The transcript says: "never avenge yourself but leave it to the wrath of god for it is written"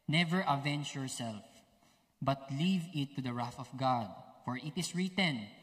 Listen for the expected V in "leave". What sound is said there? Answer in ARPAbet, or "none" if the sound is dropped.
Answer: V